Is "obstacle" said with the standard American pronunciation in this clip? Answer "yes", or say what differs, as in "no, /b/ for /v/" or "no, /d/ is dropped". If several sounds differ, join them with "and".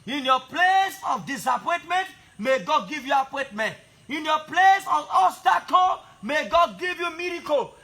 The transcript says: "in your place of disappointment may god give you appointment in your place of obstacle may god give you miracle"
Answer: no, /b/ is dropped